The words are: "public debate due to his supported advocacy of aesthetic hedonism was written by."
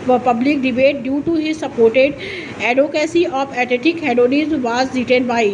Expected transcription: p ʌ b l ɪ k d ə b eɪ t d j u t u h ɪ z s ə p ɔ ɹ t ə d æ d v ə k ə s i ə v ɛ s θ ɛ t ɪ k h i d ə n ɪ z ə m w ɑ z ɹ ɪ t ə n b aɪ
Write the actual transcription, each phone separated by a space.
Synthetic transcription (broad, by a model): p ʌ b l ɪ k d ə b eɪ t d j u t u h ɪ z s ə p ɔ ɹ t ə d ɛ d ə k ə s i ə f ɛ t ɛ t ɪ k h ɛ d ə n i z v ɑ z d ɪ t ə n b aɪ